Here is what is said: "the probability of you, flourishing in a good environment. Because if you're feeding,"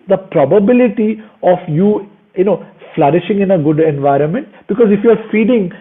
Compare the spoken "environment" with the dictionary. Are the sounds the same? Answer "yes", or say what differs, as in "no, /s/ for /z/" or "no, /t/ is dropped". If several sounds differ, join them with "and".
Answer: yes